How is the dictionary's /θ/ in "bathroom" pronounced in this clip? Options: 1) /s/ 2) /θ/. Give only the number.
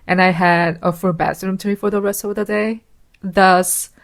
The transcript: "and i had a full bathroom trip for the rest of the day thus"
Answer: 1